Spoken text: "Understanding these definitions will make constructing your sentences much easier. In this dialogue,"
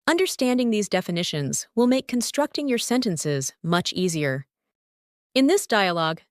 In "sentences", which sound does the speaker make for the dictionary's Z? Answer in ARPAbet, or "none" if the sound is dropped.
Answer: Z